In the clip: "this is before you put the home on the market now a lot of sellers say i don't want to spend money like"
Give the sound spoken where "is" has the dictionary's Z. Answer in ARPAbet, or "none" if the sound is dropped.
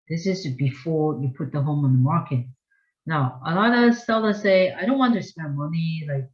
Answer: Z